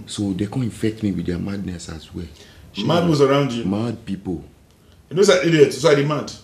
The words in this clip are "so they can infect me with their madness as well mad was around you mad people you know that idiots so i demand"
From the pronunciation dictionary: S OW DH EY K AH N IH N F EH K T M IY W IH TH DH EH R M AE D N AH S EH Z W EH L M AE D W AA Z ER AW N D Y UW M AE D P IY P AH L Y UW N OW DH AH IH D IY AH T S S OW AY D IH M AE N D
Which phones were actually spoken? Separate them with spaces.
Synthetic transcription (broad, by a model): S OW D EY K AH N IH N F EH K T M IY W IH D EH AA M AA D N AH S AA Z W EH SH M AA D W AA S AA AW N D Y UW M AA D P IY P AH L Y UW N OW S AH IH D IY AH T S S OW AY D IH M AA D